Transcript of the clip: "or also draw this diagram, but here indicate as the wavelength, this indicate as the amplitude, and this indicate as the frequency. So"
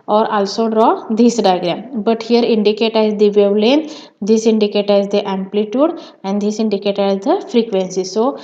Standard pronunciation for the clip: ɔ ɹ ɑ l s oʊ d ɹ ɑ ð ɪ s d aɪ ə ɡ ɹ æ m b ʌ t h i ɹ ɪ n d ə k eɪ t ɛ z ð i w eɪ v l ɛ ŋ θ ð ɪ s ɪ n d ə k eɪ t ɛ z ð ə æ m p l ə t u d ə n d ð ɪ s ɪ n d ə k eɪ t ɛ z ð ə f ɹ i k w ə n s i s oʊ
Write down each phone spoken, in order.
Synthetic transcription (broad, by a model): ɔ ɹ ɑ l s oʊ d ɹ ɑ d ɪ s d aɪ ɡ l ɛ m b ʌ t h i ɹ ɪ n d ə k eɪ t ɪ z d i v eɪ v l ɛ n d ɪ s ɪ n d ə k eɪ t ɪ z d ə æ m p l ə t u d ə n d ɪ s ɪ n d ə k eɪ t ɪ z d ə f ɹ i k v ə n s i s oʊ